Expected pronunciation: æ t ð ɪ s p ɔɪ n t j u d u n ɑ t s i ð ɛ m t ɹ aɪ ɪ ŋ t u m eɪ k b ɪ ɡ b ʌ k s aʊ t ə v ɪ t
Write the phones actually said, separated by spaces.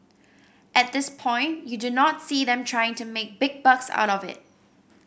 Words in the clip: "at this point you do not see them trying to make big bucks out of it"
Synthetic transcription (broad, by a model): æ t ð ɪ s p ɔɪ n t j u d u n ɑ t s i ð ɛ m t ɹ aɪ ɪ ŋ t u m eɪ k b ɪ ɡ b ʌ k s aʊ t ə v ɪ t